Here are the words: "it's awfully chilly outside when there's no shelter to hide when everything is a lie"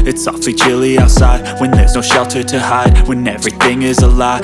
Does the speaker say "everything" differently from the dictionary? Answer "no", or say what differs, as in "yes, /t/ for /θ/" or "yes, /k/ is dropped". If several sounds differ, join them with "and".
no